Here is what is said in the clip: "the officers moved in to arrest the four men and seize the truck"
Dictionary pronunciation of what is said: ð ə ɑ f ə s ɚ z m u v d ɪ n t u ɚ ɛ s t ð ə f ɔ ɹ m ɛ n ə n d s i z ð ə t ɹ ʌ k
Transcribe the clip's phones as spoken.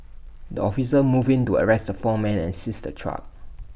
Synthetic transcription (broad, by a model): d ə ɑ f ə s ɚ m u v ɪ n t u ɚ ɛ s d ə f ɔ m ɛ n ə n s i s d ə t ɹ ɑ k